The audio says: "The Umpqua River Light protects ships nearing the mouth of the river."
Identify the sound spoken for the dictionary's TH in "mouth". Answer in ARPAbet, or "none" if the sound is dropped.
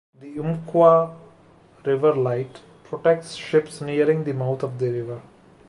T